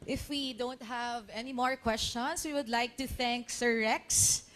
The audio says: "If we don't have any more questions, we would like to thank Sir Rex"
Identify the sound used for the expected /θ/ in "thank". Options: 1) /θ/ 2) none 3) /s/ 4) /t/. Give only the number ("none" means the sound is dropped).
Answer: 1